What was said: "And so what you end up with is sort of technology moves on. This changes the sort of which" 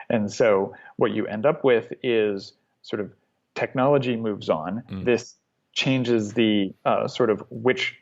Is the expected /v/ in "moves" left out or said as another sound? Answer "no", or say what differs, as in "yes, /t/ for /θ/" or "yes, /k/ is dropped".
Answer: no